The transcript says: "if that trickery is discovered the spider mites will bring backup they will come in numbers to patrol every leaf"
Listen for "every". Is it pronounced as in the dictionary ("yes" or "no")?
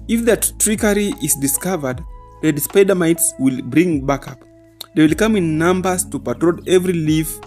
yes